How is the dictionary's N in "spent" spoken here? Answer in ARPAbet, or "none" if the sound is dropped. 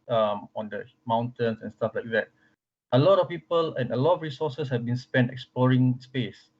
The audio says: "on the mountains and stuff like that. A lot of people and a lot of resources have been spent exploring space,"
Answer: N